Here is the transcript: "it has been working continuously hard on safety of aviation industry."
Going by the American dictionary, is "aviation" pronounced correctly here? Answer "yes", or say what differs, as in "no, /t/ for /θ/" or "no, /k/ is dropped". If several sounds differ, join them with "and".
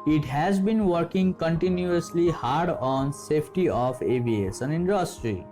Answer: no, /s/ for /ʃ/